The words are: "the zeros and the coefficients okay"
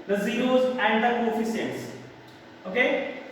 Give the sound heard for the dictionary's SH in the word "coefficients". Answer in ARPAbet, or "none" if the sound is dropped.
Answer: S